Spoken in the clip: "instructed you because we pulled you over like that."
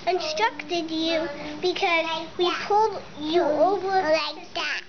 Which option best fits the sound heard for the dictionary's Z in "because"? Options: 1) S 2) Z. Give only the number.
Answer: 2